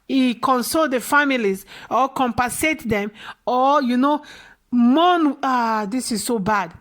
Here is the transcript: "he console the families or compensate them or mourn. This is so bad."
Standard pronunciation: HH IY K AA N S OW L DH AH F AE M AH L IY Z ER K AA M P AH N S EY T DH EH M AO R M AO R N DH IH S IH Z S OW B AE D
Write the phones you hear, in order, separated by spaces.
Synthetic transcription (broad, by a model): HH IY K AA N S OW L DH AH F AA M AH L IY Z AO K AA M P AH S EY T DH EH M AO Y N AO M N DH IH S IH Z S OW B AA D